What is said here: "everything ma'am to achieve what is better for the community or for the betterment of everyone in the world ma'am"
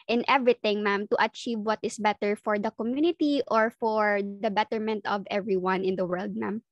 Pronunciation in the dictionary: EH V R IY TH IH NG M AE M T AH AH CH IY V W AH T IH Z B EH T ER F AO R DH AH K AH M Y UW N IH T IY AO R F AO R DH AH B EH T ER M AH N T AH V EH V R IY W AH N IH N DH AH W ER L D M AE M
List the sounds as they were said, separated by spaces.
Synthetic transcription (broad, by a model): EH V R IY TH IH NG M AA M T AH AH CH IY V W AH T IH S B EH T ER F AO R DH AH K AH M Y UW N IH T IY AO R F AO R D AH B EH T ER M AH N T AH V EH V R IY W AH N IH N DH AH W ER L D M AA M